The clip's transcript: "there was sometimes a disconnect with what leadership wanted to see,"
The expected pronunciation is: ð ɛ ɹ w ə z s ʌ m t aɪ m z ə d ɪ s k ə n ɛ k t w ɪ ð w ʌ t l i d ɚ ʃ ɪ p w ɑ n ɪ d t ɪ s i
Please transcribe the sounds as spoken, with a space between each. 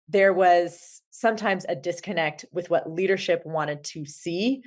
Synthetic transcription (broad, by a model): ð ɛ ɹ w ə z s ʌ m t aɪ m z ə d ɪ s k ə n ɛ k t w ɪ ð w ʌ t l i d ɚ ʃ ɪ p w ɑ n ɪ d t ɪ s i